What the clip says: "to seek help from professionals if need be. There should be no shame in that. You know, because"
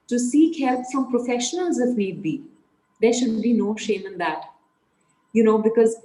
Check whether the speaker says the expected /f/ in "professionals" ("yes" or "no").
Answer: yes